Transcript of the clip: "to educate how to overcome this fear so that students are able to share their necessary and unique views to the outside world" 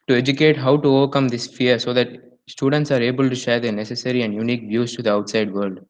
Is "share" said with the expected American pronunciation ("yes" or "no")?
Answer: yes